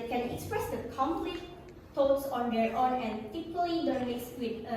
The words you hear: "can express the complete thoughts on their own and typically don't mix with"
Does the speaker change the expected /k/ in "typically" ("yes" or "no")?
yes